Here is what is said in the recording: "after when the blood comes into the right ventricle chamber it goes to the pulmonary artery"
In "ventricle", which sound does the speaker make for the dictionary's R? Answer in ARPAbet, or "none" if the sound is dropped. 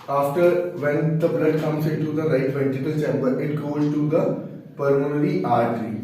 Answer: none